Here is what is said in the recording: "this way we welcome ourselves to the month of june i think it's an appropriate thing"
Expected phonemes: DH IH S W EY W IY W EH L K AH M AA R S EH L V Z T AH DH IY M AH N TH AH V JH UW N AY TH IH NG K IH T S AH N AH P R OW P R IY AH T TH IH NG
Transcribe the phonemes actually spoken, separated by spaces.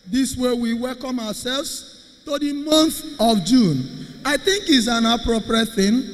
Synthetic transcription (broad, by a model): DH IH S W EY W IY W EH L K AH M AA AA S EH L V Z T AH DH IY M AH N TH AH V JH UW N AY TH IH NG K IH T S AH N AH P R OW P R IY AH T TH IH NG